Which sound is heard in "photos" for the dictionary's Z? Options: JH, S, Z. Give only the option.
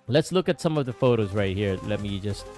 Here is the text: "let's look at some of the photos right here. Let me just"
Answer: Z